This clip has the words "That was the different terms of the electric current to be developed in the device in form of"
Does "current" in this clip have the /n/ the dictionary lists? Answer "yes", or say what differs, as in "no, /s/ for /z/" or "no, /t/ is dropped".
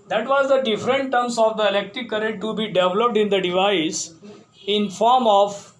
no, /n/ is dropped